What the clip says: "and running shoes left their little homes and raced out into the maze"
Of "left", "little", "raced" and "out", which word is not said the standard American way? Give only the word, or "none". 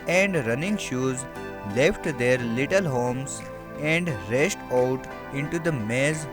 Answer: raced